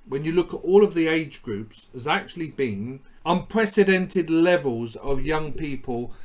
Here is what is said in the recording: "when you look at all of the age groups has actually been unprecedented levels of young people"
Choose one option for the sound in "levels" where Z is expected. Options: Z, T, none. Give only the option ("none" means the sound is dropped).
Z